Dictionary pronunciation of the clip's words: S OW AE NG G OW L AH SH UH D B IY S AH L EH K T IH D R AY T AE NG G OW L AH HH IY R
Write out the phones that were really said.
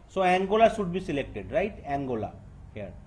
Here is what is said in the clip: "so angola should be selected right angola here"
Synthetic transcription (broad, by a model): S OW AE NG G OW L AH S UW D B IY S AH L EH K T IH D R AY T AE NG G OW L AH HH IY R